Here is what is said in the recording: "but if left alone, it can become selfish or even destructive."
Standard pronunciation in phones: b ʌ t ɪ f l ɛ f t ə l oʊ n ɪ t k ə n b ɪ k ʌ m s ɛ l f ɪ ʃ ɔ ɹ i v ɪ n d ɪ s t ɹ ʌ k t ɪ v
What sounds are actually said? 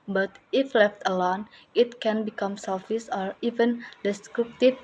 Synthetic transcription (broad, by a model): b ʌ t ɪ f l ɛ f t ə l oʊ n ɪ t k ə n b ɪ k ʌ m s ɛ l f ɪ s ɔ ɹ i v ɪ n d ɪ s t ɹ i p t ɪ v